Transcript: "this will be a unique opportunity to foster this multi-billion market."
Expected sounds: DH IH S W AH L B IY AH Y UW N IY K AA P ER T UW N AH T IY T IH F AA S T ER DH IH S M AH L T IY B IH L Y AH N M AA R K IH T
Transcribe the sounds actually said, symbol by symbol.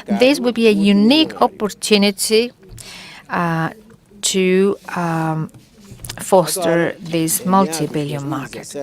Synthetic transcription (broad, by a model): DH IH S W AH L B IY AH Y UW N IY K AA P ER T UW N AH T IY T IH F AA S T ER DH IH S M AH L T IY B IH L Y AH M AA R K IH T